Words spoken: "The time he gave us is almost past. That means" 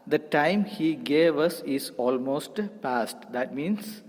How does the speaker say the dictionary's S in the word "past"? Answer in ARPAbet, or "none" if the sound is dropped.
S